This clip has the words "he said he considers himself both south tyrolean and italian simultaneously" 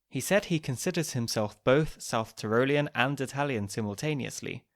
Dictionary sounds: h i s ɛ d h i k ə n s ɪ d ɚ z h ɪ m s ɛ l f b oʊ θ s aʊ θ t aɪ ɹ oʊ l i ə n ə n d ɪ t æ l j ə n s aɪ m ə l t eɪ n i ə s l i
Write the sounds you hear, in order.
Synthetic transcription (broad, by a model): h i s ɛ d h i k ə n s ɪ d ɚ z h ɪ m s ɛ l f b oʊ θ s aʊ θ t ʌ ɹ oʊ l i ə n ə n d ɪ t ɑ l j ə n s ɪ m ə l t eɪ n i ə s l i